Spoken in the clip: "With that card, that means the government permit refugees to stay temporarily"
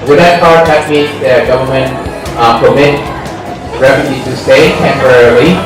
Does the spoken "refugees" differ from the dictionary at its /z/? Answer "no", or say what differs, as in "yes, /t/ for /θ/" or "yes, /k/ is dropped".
yes, /z/ is dropped